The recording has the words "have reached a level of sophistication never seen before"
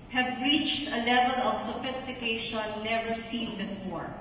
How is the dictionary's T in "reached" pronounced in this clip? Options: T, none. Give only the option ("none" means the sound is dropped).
T